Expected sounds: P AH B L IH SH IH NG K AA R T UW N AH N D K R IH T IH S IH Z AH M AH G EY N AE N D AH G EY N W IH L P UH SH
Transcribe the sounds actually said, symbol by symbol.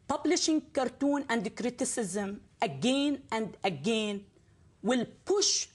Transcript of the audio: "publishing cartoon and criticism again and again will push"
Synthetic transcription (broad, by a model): P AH B L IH SH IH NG K AA R T UW N AH N D K R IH T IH S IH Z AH M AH G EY N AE N D AH G EY N W IH L P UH SH